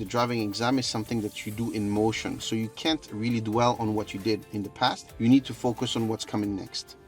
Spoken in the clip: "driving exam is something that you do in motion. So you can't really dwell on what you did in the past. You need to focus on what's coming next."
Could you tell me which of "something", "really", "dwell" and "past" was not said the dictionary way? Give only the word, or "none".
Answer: none